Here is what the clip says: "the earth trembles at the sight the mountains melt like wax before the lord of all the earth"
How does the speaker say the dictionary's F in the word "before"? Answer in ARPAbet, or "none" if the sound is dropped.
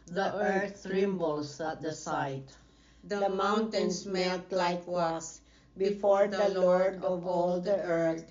F